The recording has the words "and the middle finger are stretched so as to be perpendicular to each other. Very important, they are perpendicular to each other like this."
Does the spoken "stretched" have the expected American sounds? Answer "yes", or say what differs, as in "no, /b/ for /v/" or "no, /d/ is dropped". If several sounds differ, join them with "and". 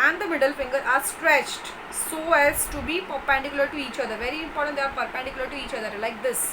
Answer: yes